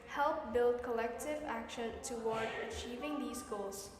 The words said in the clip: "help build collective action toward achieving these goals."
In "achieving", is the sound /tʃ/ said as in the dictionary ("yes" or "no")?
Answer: yes